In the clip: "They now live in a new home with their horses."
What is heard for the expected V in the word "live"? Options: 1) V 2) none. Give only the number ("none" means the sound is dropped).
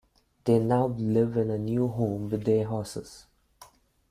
1